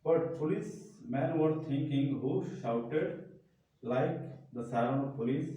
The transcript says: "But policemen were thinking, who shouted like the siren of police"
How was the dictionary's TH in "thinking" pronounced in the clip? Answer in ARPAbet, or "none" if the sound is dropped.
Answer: T